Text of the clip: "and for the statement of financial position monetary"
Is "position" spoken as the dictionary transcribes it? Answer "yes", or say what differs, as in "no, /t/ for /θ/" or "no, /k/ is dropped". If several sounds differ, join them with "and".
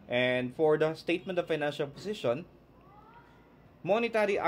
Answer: no, /s/ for /z/